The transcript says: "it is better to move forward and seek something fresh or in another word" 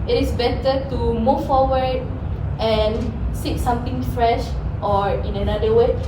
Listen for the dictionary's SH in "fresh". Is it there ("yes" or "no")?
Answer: yes